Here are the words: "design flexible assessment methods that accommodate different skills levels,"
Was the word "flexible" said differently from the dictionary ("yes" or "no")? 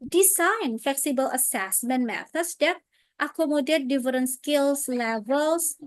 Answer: no